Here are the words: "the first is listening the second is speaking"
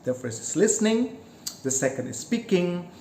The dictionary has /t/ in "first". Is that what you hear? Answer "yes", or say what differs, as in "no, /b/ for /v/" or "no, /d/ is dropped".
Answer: no, /t/ is dropped